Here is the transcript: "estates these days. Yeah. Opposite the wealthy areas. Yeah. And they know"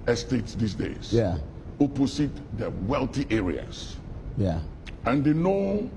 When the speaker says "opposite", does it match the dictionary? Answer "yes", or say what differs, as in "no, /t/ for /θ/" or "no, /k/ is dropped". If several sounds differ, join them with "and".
no, /s/ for /z/